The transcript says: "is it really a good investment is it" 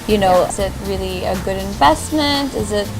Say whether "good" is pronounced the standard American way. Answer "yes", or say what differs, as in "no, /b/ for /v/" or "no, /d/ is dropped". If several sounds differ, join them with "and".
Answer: yes